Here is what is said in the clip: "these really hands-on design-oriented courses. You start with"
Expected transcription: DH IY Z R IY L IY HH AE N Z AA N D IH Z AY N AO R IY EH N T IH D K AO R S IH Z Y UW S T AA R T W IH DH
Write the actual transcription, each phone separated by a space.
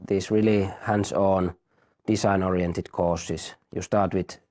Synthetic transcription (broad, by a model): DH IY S R IY L IY HH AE N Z AA N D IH S AY N AO R IY EH N T IH D K AO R S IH S Y UW S T AA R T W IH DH